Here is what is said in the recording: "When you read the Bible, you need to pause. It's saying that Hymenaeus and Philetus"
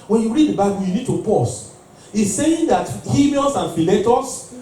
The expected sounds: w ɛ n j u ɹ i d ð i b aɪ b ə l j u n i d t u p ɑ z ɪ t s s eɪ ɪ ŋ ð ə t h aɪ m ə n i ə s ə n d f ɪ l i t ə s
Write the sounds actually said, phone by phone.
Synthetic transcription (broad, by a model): w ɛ n j u ɹ i d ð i b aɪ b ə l j u n i d t u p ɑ s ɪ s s eɪ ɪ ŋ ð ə t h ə l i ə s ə n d f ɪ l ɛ t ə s